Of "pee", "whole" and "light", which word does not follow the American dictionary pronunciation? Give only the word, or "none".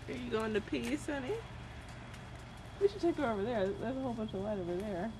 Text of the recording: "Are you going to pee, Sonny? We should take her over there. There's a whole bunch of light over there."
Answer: none